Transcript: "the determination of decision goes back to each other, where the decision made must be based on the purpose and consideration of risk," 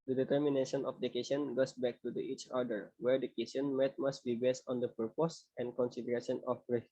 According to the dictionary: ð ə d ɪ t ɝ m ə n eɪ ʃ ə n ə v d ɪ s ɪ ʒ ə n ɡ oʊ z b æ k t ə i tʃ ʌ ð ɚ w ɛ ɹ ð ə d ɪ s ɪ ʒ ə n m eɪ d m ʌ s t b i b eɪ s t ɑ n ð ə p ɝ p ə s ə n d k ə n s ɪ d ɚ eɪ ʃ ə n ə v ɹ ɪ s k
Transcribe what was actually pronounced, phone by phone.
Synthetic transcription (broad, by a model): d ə d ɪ t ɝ m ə n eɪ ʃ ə n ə f d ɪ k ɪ s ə n ɡ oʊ s b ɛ k t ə i tʃ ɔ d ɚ w ɛ ɹ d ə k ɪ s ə n m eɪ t m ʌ s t b i b eɪ s t ɑ n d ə p ɝ p ə s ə n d k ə n s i d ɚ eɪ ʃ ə n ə f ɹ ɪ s